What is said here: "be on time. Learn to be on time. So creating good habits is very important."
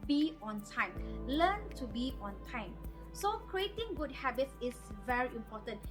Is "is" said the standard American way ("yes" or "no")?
no